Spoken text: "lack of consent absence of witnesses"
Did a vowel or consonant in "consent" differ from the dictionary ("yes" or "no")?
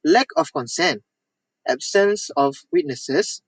no